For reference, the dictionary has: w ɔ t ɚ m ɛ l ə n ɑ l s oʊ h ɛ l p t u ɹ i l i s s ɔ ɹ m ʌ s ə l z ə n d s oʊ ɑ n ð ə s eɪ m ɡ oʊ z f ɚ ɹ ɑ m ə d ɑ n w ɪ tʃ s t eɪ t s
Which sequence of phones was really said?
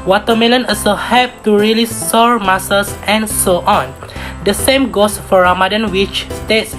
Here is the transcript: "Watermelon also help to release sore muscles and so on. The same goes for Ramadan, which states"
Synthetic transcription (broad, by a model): w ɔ t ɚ m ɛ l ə n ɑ s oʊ h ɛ p t u ɹ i l i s s ɔ ɹ m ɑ s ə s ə n s oʊ ɑ n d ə s eɪ m ɡ oʊ s f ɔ ɹ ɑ m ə d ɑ n w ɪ tʃ s t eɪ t s